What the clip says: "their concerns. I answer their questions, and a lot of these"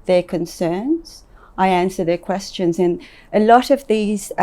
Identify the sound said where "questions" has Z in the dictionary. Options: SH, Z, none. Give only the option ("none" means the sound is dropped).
Z